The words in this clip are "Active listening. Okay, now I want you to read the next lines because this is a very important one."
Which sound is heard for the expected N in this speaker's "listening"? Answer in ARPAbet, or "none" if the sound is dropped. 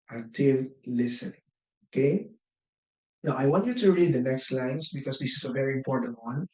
none